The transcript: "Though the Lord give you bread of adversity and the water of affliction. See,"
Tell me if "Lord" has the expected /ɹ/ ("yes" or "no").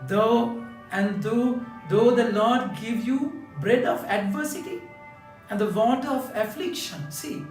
no